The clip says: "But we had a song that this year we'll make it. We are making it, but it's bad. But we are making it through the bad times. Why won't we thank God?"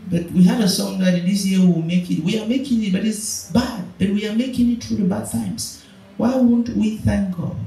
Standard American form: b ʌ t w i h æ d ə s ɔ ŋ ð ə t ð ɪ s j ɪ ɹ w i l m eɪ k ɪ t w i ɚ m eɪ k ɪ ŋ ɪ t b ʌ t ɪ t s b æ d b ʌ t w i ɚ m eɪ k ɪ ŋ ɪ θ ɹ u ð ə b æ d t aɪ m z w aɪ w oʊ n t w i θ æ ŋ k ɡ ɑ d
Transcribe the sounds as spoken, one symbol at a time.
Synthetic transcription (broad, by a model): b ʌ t w i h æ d ə s ɔ ŋ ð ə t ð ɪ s j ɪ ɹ w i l m eɪ k ɪ t w i ɚ m eɪ k ɪ ŋ ɪ t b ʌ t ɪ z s b æ d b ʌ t w i ɚ m eɪ k ɪ ŋ ɪ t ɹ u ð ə b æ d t aɪ m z w aɪ w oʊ n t w i θ æ ŋ k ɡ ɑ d